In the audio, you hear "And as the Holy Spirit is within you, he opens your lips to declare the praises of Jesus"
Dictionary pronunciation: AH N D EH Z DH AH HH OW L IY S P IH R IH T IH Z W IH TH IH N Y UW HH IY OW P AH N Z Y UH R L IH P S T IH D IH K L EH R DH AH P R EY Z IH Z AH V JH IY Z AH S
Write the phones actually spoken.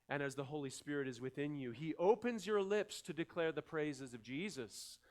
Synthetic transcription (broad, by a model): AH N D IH Z DH AH HH OW L IY S P IH R IH T IH Z W IH TH IH N Y UW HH IY OW P AH N Z Y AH R L IH P S T IH D IH K L EH R DH AH P R EY Z IH Z AH V JH IY Z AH S